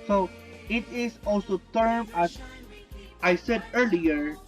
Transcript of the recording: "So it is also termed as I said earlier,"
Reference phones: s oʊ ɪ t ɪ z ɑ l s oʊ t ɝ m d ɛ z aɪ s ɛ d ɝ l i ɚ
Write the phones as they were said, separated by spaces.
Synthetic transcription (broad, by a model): s oʊ ɪ t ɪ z ɑ l s oʊ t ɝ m ɑ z aɪ s ɛ d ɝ l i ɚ